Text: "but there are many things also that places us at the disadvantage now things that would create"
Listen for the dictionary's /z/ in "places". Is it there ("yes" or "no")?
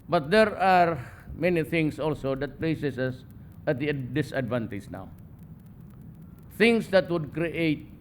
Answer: no